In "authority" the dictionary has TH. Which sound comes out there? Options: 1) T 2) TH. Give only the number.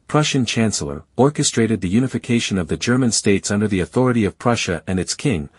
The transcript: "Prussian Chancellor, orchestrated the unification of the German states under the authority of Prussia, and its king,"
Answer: 2